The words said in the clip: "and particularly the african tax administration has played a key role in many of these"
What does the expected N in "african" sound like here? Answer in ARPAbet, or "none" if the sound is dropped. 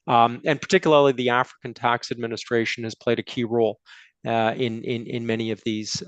N